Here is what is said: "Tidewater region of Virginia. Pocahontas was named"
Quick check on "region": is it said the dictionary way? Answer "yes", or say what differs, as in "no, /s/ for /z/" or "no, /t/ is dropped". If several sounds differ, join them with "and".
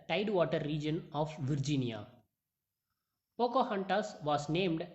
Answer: yes